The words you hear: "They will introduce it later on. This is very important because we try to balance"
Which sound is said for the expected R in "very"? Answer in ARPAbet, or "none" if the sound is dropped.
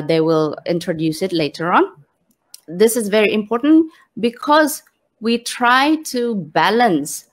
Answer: R